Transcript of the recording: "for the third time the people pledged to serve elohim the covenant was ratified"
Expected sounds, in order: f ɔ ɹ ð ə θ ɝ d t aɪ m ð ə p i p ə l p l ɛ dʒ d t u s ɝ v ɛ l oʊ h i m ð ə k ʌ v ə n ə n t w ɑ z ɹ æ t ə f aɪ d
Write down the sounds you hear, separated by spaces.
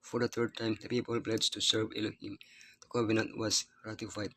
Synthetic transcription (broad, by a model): f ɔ ɹ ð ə t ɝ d t aɪ m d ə p i p ə l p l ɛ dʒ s t u s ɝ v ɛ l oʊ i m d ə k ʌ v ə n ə n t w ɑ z ɹ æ t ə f aɪ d